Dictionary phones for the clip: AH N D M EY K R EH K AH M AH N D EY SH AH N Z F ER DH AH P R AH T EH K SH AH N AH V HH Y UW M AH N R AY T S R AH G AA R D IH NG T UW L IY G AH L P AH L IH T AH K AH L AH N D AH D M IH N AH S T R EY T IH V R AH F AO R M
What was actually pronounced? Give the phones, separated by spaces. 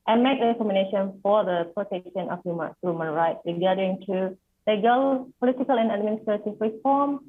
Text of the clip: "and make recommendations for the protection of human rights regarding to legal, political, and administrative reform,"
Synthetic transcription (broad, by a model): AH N M EY K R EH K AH M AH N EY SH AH N F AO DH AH P R AH T EH K SH AH N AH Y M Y UW M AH N R AY T S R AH G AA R D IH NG T UW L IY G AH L P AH L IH T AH K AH L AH N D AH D M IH N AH S T R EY T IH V R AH F AO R M